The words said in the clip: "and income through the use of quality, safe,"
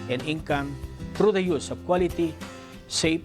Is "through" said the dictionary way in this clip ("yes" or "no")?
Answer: no